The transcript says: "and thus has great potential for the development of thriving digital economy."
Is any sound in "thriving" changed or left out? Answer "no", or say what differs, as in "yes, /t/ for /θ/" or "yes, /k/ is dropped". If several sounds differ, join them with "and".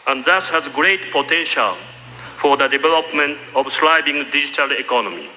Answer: yes, /s/ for /θ/ and /b/ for /v/